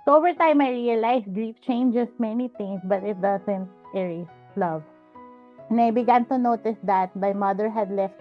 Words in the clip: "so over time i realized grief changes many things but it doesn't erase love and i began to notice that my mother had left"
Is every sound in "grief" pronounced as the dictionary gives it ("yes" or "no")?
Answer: yes